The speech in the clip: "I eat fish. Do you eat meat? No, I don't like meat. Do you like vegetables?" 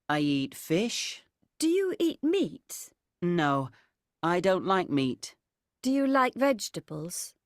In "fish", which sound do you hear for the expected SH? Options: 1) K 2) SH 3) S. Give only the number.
2